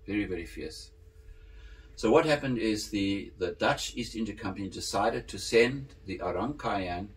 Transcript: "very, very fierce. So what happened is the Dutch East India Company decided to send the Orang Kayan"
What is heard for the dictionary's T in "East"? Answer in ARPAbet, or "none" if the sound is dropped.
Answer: T